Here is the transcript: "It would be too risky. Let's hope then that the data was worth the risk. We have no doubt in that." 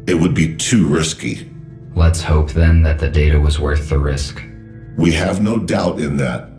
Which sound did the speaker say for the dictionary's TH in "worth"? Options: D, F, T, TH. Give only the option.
TH